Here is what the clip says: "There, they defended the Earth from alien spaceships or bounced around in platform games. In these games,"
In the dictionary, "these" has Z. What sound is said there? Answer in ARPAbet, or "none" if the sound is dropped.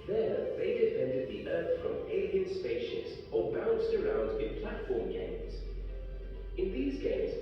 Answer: Z